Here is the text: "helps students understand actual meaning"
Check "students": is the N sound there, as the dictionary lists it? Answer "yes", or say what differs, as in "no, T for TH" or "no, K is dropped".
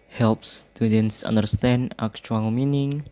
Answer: yes